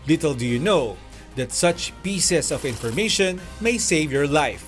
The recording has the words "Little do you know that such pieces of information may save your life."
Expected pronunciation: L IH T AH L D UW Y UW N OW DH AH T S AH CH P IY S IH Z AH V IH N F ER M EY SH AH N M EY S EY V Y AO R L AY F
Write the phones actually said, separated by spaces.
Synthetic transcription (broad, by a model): L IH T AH L D UW Y UW N OW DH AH T S AH CH P IY S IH S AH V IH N F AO M EY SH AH N M EY S EY V Y AO R L AY F